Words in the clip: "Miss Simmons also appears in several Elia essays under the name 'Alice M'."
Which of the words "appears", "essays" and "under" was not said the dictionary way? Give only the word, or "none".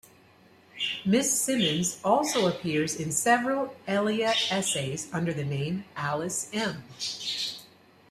none